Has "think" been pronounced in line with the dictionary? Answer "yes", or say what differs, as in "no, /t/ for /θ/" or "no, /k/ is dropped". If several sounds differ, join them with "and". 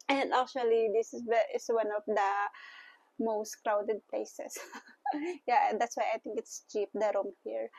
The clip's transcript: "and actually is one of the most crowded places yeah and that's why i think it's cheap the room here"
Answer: no, /t/ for /θ/